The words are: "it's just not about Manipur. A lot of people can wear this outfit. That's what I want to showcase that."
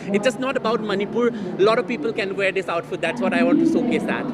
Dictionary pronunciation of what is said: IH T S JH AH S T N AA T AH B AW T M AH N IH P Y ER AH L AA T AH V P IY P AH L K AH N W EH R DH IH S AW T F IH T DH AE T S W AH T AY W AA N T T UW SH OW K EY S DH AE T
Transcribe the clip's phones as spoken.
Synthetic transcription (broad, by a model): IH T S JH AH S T N AA T AH B AW T M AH N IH P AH L AA T AH V P IY P AH L K AH N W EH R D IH S AW T F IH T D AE T S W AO T AY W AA N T T UW S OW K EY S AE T